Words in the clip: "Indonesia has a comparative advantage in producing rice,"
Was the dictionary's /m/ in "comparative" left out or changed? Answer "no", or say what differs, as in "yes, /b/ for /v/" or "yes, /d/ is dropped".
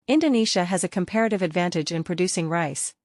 no